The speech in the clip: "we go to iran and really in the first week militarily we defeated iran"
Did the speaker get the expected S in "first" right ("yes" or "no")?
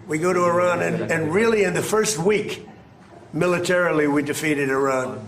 yes